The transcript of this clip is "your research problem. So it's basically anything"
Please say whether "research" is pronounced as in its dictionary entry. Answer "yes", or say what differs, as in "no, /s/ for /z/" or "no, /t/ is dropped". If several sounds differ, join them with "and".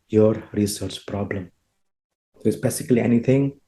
yes